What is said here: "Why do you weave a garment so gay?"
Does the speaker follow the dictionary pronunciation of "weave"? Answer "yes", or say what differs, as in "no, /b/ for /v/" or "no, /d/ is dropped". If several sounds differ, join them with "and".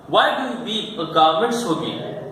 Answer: no, /v/ is dropped